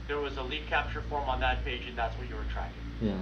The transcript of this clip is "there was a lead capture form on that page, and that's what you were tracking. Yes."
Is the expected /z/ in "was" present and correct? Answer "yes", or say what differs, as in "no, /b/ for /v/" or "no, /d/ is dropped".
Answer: yes